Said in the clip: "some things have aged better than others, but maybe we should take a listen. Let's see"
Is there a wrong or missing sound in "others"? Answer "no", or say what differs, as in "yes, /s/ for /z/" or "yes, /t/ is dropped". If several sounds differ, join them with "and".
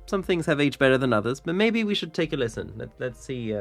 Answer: no